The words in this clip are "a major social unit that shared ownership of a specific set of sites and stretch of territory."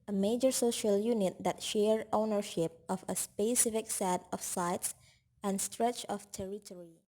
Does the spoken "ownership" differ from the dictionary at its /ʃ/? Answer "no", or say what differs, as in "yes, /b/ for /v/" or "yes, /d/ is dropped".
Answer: no